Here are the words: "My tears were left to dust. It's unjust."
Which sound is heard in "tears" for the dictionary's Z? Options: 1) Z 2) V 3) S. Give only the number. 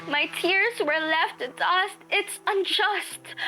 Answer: 1